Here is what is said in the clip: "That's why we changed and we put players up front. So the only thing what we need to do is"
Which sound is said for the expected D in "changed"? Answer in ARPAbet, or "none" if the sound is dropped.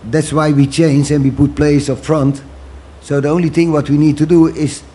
none